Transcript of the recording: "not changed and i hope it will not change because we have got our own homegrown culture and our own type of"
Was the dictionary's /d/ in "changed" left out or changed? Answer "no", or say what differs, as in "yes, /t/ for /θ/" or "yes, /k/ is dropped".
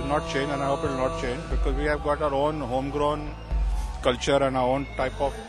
yes, /d/ is dropped